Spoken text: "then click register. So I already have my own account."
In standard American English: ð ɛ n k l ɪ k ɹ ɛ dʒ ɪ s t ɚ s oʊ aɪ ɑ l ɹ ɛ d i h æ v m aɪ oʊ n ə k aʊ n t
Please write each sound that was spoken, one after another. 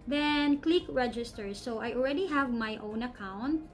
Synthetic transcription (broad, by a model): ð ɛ n k l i k ɹ ɛ dʒ ɪ s t ɚ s oʊ aɪ ɑ l ɹ ɛ d i h æ v m aɪ oʊ n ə k aʊ n t